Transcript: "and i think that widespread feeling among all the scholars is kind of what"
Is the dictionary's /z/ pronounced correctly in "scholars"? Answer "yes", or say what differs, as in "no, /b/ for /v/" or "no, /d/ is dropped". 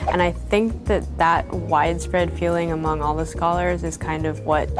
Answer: yes